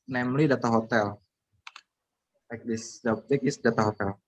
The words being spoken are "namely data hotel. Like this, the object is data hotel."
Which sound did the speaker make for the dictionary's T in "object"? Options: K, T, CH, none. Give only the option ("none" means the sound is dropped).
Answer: none